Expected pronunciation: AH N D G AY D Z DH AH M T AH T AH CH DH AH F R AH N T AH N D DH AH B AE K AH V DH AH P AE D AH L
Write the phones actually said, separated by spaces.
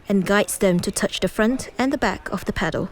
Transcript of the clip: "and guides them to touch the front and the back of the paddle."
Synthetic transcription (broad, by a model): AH N G AY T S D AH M T AH T AH CH DH AH F R AH N T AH N DH AH B AE K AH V DH AH P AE D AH L